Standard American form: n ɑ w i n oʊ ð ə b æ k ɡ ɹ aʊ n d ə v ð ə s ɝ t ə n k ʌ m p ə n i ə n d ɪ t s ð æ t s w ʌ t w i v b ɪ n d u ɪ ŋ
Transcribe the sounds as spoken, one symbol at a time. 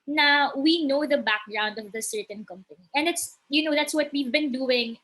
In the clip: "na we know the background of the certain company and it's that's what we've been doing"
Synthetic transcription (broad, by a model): n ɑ w i n oʊ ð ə b æ k ɡ ɹ aʊ n d ə v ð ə s ɝ t ə n k ʌ m p ə n i ə n d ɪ t s ð æ t s w ʌ t w i v b ɪ n d u ɪ ŋ